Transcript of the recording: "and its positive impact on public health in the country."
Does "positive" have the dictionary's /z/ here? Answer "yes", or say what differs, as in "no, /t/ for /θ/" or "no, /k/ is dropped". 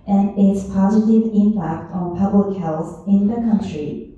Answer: yes